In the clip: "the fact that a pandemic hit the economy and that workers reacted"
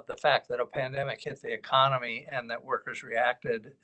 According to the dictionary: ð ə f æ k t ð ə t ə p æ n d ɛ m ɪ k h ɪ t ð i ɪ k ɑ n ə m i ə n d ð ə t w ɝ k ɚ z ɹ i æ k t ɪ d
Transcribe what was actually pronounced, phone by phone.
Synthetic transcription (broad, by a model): ð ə f æ k t ð ə t ə p æ n d ɛ m ɪ k h ɪ t ð i ɪ k ɑ n ə m i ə n ð ə t w ɝ k ɚ z ɹ i æ k t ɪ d